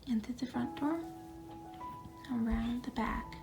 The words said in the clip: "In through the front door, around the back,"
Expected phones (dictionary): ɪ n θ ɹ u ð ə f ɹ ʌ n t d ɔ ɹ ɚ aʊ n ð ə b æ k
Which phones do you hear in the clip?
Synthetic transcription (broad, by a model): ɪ n t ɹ ð ə f ɹ ʌ n d ɔ ɹ ɚ aʊ n ð ə b æ k